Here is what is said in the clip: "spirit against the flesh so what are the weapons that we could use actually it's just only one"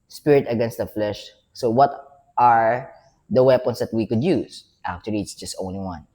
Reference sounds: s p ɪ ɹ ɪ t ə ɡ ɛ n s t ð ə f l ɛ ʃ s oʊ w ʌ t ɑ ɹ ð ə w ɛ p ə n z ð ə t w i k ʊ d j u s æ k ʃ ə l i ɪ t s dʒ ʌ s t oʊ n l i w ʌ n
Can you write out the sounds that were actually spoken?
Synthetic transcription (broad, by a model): s p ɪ ɹ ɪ t ə ɡ ɛ n s t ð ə f l ɛ ʃ s oʊ w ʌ t ɑ ɹ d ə w ɛ p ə n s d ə t w i k ʊ d j u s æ k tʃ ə l i ɪ t s dʒ ʌ s t oʊ n l i w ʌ n